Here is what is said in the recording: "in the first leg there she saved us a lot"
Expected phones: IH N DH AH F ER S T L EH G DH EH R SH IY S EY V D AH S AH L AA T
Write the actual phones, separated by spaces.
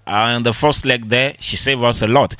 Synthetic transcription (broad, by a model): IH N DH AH F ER S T L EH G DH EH SH IY S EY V AH S AH L AA T